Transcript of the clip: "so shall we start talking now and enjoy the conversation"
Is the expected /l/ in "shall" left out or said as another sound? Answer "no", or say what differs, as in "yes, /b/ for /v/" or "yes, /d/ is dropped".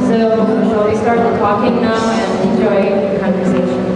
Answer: yes, /w/ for /l/